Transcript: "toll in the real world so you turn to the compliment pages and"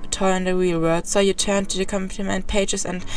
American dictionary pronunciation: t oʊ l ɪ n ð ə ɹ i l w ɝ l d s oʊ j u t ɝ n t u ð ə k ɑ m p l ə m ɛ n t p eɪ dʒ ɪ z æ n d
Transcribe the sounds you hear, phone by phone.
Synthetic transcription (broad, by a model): t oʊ ɪ n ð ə ɹ i l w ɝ d s oʊ j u t ɝ n t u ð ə k ɑ m p l ə m ɛ n t p eɪ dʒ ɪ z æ n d